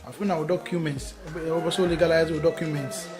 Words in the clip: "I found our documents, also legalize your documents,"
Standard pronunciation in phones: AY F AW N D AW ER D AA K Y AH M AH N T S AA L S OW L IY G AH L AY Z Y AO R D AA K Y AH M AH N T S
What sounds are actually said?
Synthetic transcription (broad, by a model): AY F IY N AW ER D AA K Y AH M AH N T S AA S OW L IY G AH L AY Z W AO D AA K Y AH M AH N T S